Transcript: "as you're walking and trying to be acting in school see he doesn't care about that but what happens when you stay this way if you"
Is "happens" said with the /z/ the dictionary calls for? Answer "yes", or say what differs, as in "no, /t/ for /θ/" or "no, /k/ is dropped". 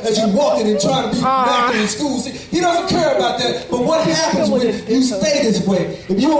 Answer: yes